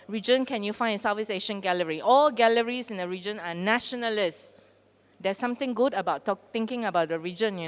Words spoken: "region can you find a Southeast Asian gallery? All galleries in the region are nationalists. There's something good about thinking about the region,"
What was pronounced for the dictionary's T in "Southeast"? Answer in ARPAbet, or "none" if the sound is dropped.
none